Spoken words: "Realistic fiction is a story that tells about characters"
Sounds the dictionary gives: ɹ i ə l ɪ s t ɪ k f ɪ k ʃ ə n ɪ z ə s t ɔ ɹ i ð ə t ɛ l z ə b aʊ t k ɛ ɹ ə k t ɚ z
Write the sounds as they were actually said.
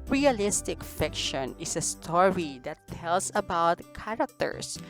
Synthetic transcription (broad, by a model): ɹ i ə l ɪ s t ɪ k f ɪ k ʃ ə n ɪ s ə s t ɔ ɹ i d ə t ɛ l s ə b aʊ t k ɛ ɹ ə k t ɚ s